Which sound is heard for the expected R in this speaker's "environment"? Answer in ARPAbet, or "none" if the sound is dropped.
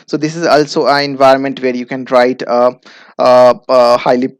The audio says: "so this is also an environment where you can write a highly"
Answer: R